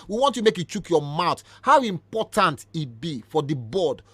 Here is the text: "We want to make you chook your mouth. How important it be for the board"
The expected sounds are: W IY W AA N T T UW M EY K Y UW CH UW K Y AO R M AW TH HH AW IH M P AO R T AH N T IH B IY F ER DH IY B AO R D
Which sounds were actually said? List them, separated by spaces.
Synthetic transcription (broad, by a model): W IY W AA N T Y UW M EY K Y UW CH UW K Y AO M AW T HH AW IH M P AO T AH N T IH B IY F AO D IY B AO D